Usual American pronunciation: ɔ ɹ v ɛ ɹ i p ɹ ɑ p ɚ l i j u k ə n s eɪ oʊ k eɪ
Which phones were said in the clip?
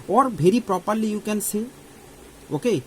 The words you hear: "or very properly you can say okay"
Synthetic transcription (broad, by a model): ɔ ɹ b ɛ ɹ i p ɹ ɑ p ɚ l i j u k ə n s eɪ oʊ k eɪ